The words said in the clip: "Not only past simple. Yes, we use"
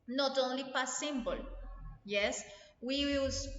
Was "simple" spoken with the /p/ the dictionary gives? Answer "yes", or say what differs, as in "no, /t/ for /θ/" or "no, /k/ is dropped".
no, /b/ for /p/